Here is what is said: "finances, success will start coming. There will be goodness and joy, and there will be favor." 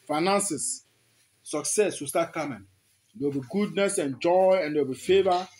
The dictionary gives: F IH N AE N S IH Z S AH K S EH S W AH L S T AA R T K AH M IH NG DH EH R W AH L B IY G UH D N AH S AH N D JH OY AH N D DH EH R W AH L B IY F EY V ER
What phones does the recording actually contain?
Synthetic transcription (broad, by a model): F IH N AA N S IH S AH K S EH S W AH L S T AA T K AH M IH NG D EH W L B IY G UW D N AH S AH N JH OY AH N D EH W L B IY F EY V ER